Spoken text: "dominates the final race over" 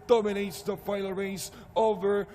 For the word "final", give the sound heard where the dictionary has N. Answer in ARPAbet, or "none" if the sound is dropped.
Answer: none